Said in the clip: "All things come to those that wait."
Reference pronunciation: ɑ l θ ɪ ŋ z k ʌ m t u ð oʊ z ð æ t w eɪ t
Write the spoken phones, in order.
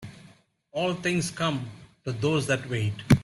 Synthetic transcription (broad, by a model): ɑ l t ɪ ŋ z k ʌ m t u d oʊ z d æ t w eɪ t